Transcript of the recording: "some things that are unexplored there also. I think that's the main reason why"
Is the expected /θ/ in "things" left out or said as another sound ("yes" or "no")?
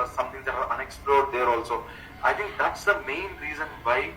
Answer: yes